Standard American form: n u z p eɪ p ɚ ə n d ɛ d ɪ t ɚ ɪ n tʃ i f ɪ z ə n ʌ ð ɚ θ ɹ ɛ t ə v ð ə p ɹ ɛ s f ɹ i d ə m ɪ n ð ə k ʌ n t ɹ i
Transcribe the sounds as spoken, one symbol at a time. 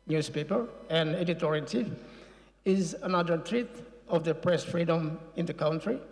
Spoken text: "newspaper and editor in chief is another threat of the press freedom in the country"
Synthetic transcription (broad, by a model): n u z p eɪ p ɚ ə n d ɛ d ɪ t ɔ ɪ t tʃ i ɪ z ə n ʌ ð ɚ t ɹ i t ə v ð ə p ɹ ɛ s f ɹ i d ə m ɪ n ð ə k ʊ n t ɹ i